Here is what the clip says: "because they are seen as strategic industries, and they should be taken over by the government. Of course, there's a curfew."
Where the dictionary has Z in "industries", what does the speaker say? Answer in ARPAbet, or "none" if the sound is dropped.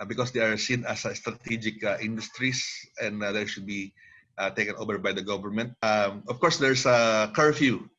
S